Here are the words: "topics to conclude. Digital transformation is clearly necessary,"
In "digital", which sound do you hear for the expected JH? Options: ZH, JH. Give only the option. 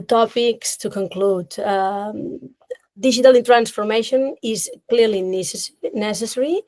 ZH